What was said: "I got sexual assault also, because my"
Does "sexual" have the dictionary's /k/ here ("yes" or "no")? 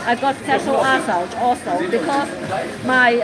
no